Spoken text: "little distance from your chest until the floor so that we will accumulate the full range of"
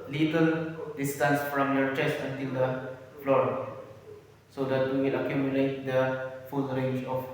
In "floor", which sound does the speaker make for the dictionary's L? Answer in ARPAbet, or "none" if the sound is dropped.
L